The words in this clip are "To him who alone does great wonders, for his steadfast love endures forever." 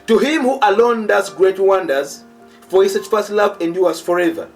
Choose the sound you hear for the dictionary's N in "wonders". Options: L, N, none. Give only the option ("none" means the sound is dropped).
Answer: N